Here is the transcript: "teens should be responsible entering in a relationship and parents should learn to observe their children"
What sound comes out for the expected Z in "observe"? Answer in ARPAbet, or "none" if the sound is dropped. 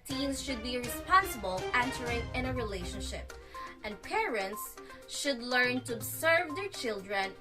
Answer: S